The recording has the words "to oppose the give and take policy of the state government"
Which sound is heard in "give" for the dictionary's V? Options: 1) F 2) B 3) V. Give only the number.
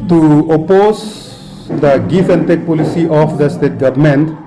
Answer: 1